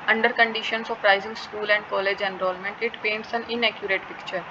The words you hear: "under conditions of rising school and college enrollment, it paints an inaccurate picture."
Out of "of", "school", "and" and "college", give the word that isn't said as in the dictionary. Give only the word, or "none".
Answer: of